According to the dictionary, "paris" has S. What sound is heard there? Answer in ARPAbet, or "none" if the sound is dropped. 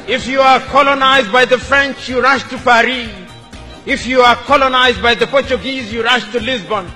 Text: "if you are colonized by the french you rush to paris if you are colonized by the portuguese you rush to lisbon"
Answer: none